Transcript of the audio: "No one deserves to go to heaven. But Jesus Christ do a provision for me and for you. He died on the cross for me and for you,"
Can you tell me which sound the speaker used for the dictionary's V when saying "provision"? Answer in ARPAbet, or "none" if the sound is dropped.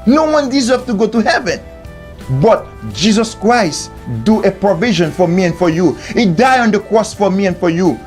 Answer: V